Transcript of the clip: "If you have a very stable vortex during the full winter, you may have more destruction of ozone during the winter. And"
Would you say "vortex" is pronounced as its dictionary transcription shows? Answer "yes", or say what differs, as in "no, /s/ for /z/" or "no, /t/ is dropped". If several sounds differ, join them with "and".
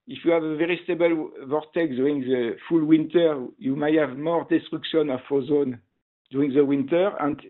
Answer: no, /s/ is dropped